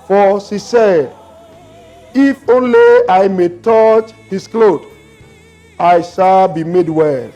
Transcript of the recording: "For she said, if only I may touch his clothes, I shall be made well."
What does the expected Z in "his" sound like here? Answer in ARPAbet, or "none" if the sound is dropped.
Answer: S